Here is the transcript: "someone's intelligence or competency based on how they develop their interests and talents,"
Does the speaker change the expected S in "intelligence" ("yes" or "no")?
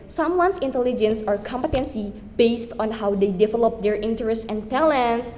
no